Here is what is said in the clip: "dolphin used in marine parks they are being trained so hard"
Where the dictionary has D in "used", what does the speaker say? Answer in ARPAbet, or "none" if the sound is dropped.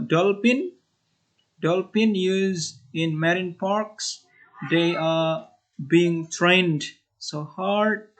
none